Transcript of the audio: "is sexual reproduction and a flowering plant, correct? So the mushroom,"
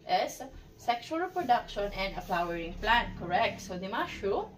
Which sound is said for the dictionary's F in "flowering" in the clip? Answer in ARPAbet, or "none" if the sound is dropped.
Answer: P